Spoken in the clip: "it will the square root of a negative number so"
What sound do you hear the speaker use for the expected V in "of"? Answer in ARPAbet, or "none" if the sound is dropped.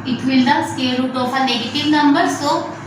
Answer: P